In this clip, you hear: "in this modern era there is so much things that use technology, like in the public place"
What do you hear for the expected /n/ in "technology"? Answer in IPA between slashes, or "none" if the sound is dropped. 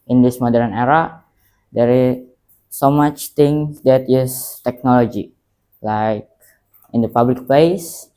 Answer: /n/